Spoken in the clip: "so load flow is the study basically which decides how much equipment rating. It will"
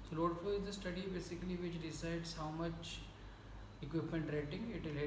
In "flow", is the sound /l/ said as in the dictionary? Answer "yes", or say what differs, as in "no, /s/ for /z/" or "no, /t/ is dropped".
no, /l/ is dropped